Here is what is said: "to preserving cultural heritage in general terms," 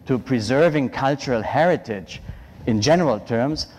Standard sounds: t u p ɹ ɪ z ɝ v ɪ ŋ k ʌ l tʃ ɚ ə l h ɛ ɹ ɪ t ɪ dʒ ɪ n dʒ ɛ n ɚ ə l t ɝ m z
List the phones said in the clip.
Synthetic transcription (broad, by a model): t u p ɹ ɪ z ɝ v ɪ ŋ k ʌ l tʃ ɚ ə l h ɛ ɹ ɪ t ɪ dʒ ɪ n dʒ ɛ n ɚ ə l t ɝ m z